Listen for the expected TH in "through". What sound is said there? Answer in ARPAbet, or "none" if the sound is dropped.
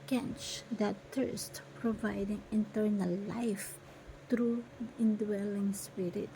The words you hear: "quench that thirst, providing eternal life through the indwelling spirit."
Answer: T